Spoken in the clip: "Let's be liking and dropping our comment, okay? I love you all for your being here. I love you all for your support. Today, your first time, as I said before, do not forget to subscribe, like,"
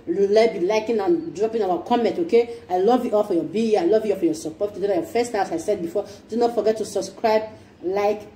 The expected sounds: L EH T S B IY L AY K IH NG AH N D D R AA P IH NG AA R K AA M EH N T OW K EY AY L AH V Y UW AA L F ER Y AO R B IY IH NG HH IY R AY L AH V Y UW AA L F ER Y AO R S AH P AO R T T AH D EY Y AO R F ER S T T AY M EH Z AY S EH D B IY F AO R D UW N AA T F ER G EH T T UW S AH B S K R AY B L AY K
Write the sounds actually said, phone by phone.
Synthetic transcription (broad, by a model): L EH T B IY L AY K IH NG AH N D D R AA P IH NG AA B K AA M EH N T OW K EY AY L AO V Y UW AA L F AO Y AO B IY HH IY AY L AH V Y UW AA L F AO Y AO S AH P AO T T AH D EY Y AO F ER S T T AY AA S AY S EH D B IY F AO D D N AA T F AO G EH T T UW S AH B S K R AY B L AY K